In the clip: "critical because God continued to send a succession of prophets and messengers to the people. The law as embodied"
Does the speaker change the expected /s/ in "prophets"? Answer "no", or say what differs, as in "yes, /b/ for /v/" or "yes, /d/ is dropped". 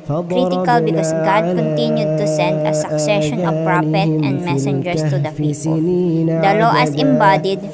yes, /s/ is dropped